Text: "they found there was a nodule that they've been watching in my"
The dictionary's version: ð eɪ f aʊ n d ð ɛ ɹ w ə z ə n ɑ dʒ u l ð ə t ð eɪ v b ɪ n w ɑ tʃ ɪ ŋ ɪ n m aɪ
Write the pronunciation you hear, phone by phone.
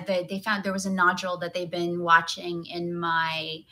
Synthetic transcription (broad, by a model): ð eɪ f aʊ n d ð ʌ ɹ w ə z ə n ɑ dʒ l ð ə t ð eɪ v b ɪ n w ɑ tʃ ɪ ŋ ɪ n m aɪ